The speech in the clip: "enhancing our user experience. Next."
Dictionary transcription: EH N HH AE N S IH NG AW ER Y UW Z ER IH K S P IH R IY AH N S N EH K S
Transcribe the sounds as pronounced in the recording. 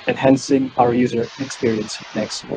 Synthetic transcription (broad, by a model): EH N HH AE N S IH NG AW ER Y UW Z ER IH K S P IH R IY AH N S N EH K S